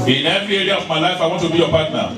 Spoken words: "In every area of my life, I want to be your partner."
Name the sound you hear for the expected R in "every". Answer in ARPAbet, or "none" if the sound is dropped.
none